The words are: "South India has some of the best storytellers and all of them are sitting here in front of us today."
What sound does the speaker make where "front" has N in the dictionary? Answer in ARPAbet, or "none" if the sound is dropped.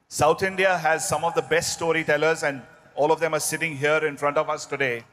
N